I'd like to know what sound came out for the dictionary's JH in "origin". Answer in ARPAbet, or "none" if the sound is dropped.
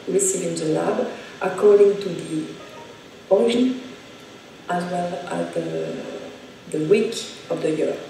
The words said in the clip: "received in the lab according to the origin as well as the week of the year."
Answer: none